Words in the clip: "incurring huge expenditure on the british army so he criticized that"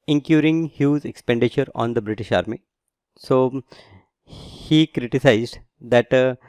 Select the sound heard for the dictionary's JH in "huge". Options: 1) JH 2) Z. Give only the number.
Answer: 2